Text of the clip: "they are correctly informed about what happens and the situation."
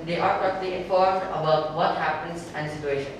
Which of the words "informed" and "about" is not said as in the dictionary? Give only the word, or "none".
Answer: none